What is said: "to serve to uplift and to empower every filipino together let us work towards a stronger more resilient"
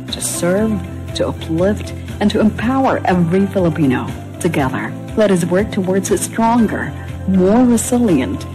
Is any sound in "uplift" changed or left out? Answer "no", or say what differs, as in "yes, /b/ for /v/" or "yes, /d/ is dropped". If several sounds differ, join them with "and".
no